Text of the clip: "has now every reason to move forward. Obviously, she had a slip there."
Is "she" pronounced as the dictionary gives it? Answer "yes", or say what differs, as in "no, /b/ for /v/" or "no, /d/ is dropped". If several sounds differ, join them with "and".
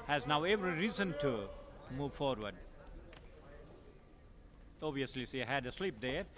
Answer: no, /s/ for /ʃ/